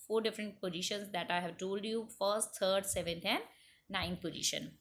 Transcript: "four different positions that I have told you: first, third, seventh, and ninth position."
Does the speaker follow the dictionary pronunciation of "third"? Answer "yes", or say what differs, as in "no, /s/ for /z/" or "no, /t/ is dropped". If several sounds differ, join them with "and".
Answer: no, /t/ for /θ/